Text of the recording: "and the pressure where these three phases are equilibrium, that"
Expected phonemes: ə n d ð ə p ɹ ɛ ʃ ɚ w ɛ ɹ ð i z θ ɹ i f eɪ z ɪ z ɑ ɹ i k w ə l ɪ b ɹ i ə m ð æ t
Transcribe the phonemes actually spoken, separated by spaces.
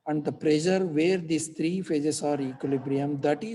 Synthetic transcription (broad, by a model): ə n d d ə p ɹ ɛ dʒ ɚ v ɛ ɹ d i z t ɹ i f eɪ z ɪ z ɑ ɹ i k w ə l ɪ b ɹ i ə m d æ t